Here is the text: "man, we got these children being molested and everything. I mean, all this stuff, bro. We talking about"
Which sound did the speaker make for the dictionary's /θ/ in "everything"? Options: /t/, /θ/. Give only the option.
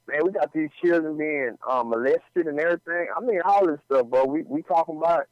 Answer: /θ/